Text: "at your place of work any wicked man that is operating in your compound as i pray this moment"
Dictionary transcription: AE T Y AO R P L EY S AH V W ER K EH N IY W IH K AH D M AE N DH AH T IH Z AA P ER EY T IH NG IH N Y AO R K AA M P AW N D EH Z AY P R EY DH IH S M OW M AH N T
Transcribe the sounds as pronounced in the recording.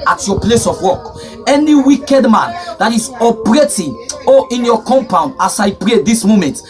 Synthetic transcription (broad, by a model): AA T Y AO P L EY S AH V W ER K EH N IY W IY K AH D M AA N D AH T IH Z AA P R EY T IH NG IH N Y AO K AA M P AW N D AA S AY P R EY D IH S M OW M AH N T